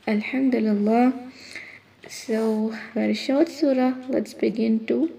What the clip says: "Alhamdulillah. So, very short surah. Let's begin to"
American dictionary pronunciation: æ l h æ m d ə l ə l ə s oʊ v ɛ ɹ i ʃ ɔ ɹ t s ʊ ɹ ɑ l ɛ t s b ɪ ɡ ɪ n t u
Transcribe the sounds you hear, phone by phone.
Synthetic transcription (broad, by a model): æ l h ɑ m d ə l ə l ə s oʊ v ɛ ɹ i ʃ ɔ w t s ʊ ɹ ɑ l ɛ t s b ɪ ɡ ɪ n t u